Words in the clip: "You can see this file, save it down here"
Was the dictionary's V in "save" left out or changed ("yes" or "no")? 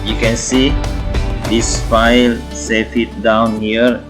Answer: yes